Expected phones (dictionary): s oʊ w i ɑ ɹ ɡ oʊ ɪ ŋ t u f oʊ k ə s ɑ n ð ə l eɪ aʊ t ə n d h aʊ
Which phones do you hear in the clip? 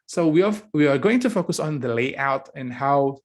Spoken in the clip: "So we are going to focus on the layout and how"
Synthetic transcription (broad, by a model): s oʊ w i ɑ w ɡ oʊ ɪ ŋ t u f oʊ k ə s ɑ n ð ə l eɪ aʊ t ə n h aʊ